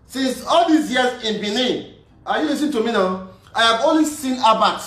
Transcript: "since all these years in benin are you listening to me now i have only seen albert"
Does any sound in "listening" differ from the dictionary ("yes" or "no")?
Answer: yes